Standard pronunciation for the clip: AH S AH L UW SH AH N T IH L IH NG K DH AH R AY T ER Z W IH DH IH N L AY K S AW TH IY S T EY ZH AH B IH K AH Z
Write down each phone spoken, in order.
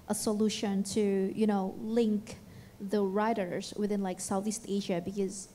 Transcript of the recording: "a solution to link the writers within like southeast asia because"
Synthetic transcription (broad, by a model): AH S AH L UW SH AH N T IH L IH NG K DH AH R AY T ER Z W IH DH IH N L AY K S AW TH IY S T EY ZH AH B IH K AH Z